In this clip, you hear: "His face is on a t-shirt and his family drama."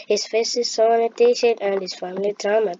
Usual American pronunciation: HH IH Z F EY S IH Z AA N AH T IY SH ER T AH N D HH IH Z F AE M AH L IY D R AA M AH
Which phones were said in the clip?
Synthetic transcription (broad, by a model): HH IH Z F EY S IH S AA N AH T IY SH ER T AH N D HH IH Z F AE M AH L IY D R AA M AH